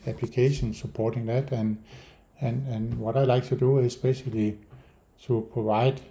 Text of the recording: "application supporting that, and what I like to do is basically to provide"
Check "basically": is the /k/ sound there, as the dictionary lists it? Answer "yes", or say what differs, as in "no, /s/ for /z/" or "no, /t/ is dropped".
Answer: no, /k/ is dropped